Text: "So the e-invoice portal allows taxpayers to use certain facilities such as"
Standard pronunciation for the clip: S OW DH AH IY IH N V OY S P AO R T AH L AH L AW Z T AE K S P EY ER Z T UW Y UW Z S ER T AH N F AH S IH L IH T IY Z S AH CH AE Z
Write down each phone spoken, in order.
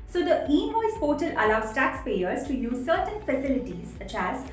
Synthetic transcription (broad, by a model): S OW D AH IY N OY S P AO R T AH L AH L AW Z T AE K S P EY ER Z T UW Y UW Z S ER T AH N F AH S IH L IH T IY Z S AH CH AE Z